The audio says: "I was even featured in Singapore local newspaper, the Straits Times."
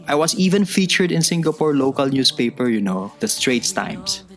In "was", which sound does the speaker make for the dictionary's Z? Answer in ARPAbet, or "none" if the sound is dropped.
S